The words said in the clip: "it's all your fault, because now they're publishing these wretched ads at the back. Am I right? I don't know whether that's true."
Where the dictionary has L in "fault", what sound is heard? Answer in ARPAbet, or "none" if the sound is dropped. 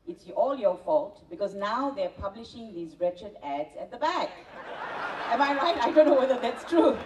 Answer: L